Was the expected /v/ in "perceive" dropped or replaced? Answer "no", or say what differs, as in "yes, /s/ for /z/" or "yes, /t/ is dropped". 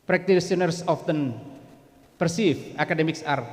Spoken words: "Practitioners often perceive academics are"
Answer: yes, /f/ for /v/